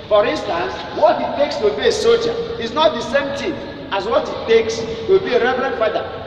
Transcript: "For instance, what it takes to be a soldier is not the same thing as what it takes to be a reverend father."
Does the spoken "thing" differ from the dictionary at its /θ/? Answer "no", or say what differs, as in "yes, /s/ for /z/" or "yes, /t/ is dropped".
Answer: yes, /t/ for /θ/